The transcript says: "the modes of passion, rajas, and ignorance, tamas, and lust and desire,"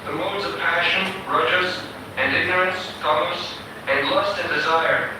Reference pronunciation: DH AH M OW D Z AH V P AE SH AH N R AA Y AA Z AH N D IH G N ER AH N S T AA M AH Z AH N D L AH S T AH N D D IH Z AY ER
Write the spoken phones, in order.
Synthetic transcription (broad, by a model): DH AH M OW D Z AH V P AE SH AH N R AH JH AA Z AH N IH G N ER AH N S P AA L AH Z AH N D L AH S T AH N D D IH Z AY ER